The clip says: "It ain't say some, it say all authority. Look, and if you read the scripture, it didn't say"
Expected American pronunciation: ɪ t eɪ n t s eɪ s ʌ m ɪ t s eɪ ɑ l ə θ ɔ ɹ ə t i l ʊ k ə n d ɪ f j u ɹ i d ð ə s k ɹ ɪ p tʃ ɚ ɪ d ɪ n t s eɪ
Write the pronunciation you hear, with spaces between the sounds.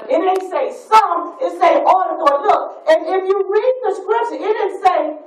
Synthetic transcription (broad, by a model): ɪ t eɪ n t s eɪ s ʌ m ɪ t s eɪ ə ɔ ə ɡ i l ʊ k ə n ɪ f j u ɹ i d ð ə s k ɹ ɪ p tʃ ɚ ɪ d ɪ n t s eɪ